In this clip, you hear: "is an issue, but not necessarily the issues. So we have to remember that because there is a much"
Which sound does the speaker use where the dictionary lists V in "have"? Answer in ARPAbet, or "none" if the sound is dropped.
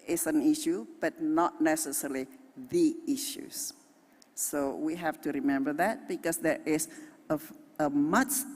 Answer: F